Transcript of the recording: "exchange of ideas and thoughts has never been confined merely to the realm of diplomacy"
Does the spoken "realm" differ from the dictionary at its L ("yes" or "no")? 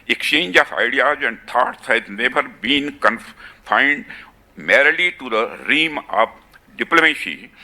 yes